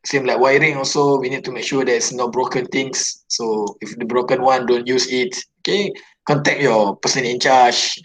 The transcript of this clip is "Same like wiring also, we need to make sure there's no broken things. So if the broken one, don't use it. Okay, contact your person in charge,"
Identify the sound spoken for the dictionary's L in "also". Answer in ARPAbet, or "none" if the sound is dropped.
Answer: L